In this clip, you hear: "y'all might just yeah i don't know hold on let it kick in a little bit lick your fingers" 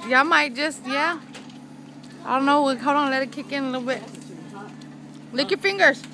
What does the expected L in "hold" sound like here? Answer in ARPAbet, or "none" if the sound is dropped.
W